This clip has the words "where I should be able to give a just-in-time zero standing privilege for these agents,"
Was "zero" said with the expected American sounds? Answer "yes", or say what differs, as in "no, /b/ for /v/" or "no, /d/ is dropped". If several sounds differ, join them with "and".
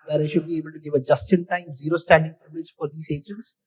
yes